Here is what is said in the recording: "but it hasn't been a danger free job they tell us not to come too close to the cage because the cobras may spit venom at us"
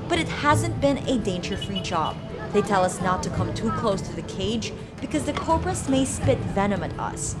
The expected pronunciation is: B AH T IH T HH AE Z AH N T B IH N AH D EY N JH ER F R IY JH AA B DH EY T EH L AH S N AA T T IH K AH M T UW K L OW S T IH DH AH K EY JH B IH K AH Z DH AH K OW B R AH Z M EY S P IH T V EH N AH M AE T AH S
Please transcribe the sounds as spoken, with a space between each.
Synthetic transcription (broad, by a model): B AH T IH T HH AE Z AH N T B IH N AH D EY N JH ER F R IY JH AA B DH EY T EH L AH S N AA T T IH K AH M T UW K L OW S T IH DH AH K EY JH B IH K AH Z DH AH K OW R R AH S M EY S P IH T V EH N AH M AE T AH S